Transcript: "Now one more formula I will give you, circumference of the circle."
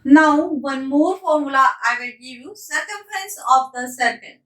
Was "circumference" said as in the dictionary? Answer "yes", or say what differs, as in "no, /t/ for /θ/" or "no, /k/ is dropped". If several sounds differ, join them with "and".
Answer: no, /ɹ/ is dropped